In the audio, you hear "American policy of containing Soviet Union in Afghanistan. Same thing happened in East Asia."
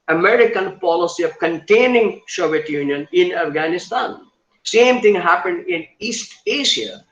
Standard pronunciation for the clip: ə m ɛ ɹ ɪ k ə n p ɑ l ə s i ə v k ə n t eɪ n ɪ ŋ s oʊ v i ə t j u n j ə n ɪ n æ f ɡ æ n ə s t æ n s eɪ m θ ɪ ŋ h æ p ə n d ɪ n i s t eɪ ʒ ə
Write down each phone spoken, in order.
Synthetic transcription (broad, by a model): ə m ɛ ɹ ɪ k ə n p ɑ l ə s i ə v k ə n t eɪ n ɪ ŋ ʃ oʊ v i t j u n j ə n ɪ n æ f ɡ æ n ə s t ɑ n s eɪ m t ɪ ŋ h æ p ə n d ɪ n i s t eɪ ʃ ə